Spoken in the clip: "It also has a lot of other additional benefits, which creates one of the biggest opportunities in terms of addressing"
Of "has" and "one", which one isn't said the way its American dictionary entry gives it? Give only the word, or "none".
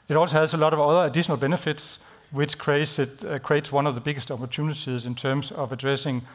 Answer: has